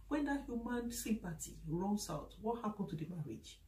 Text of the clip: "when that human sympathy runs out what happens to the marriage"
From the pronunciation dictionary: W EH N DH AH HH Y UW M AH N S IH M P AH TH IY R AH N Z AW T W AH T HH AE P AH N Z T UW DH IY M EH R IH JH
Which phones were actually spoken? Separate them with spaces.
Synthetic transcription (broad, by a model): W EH N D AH HH Y UW M AH N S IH P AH T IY R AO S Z AW T W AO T HH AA P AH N T UW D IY M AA R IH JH